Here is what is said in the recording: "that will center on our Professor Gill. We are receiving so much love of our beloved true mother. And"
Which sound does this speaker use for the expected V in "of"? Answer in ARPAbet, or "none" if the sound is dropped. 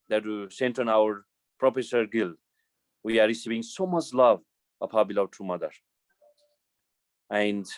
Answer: P